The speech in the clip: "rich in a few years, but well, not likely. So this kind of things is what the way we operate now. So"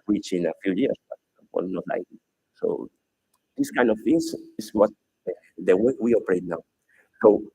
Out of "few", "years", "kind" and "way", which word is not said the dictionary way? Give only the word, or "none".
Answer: years